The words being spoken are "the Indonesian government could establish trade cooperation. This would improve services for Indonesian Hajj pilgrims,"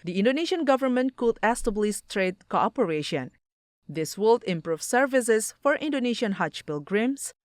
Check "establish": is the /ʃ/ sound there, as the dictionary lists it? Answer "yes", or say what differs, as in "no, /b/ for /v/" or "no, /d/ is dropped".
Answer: no, /s/ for /ʃ/